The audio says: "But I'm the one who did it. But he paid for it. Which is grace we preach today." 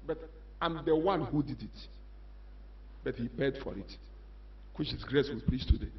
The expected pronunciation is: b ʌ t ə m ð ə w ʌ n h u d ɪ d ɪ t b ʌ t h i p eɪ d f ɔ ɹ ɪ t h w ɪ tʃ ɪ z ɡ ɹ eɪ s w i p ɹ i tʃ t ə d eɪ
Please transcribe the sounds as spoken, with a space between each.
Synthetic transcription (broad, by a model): b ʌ t ə m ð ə w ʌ n h u d ɪ d ɪ t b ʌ t h i p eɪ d f ɔ ɹ ɪ t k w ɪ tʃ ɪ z ɡ ɹ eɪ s w i p l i s t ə d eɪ